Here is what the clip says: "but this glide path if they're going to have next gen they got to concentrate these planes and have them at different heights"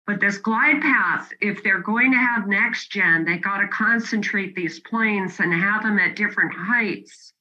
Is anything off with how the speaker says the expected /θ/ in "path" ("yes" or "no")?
no